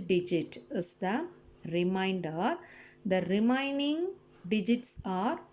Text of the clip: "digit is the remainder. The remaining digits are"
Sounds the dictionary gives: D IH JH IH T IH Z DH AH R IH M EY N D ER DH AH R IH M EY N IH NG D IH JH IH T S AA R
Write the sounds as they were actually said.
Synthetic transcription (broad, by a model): D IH JH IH T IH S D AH R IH M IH N D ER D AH R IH M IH N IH NG D IH JH IH T S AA R